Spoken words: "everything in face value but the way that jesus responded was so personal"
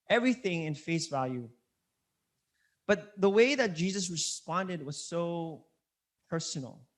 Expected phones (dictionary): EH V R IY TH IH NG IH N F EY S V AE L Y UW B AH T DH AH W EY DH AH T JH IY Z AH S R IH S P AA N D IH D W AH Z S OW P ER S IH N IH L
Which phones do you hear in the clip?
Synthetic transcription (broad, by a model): EH V R IY TH IH NG IH N F EY S V AE L Y UW B AH T DH AH W EY DH AH T JH IY Z AH S R IH S P AA N D IH D W AH Z S OW P ER S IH N L